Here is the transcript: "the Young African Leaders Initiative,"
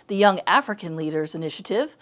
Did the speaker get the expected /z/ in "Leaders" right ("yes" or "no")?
yes